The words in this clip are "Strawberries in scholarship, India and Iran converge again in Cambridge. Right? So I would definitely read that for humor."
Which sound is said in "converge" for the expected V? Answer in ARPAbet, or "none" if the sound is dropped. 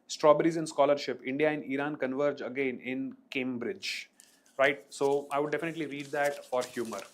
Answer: V